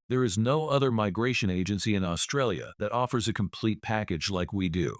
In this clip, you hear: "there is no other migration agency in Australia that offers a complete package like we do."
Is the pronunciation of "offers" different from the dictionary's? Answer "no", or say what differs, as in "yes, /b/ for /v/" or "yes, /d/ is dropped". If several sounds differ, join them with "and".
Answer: no